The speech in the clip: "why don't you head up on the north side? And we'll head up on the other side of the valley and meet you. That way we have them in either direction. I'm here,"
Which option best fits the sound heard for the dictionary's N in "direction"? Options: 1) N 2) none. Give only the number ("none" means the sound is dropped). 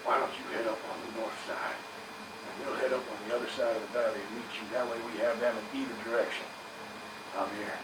1